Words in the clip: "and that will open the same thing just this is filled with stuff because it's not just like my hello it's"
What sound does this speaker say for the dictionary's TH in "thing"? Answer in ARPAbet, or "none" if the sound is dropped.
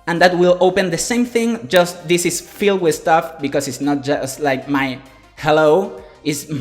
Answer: TH